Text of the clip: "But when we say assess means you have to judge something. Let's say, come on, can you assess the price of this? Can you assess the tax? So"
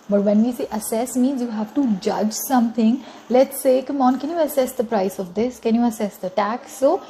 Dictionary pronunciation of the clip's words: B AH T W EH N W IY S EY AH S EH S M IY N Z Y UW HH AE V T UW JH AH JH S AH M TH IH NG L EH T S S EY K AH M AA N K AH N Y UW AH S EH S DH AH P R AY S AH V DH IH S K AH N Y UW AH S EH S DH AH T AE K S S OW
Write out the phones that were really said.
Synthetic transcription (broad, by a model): B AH T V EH N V IY S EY AH S EH S M IY N Z Y UW HH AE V T UW JH AH JH S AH M T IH NG L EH T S S EY K AH M AA N K AH N Y UW AH S EH S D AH P R AY S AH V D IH S K AH N Y UW AH S EH S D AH T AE K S S OW